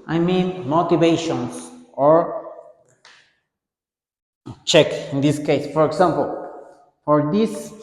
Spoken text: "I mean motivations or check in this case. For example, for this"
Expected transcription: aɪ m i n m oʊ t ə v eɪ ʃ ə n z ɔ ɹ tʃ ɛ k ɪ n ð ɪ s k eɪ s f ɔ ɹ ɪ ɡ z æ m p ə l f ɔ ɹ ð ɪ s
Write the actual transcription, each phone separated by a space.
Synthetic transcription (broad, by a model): aɪ m i n m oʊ t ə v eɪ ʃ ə n s ɔ ɹ tʃ ɛ k ɪ n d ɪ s k eɪ s f ɔ ɹ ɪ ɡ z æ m p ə l f ɔ ɹ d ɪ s